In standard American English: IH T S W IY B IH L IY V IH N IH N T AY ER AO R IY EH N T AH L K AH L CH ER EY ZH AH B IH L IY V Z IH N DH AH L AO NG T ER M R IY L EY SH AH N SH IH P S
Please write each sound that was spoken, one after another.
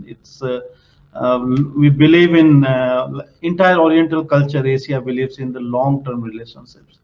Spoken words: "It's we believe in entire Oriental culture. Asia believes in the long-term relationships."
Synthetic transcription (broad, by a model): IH T S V IY B IH L IY V IH N IH N T AY ER AO R IY EH N T AH L K AH L CH ER EY S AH B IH L IY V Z IH N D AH L AO NG T ER M R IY L EY SH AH N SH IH P S